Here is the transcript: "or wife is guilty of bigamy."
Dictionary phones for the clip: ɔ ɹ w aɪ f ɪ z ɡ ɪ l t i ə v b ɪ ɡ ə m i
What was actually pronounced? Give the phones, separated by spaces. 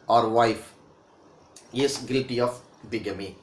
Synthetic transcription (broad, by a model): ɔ ɹ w aɪ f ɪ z ɡ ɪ t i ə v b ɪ ɡ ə m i